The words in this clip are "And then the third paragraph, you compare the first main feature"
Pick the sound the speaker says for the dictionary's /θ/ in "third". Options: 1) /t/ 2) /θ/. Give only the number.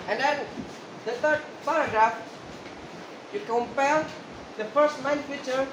1